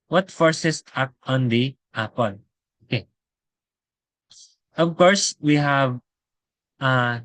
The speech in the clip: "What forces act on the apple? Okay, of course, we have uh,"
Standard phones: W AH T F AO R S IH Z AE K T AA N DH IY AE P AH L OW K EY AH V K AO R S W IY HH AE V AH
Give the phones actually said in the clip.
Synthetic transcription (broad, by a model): W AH T F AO R S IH S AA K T AA N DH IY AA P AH N OW K EY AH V K AO R S W IY HH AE V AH